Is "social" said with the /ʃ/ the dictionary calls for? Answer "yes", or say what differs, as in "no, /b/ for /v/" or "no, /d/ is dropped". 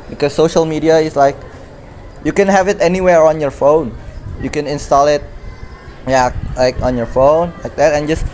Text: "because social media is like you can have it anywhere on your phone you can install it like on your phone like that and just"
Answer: yes